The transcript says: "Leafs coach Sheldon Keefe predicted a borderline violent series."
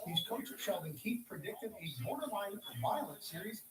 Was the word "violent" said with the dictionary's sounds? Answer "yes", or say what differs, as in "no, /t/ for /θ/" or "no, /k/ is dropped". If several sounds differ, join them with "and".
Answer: no, /n/ is dropped